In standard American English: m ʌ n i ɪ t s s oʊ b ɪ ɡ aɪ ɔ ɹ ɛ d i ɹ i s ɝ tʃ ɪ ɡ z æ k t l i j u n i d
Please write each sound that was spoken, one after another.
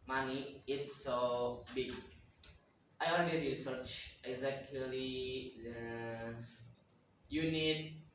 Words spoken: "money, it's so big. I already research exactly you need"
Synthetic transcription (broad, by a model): m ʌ n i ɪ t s s oʊ b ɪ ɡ aɪ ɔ l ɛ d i ɹ i s ɝ tʃ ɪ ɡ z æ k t l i j u n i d